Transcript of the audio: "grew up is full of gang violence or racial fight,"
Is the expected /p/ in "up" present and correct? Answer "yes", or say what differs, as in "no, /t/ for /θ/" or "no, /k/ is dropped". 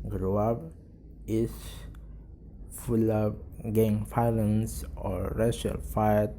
no, /b/ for /p/